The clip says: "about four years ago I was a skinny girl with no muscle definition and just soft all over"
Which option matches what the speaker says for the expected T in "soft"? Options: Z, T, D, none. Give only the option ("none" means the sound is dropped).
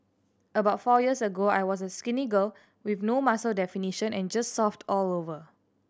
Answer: T